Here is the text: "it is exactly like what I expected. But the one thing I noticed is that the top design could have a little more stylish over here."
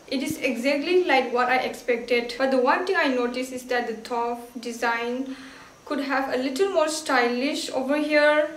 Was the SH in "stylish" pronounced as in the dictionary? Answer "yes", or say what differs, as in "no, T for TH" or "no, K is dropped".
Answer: yes